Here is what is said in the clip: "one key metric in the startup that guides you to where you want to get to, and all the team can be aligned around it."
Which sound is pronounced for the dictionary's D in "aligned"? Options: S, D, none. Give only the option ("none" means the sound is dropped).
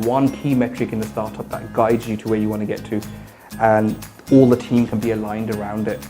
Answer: D